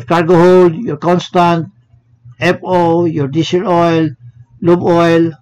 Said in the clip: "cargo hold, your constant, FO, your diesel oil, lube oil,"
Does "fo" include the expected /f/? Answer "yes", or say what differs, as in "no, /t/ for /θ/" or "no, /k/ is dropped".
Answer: no, /p/ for /f/